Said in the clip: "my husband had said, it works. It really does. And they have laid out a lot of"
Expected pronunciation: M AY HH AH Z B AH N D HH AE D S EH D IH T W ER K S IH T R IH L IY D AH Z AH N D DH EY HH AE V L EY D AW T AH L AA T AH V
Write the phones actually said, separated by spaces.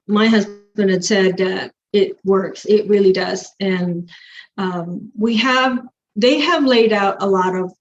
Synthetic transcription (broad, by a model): M AY HH AH Z B AH N D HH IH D S EH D IH T W ER K S IH T R IH L IY D AH Z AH N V DH EY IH V L EY D AW T AH L AA T AH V